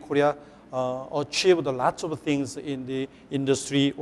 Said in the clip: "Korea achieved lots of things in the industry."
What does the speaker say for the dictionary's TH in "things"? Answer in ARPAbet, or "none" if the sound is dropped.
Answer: T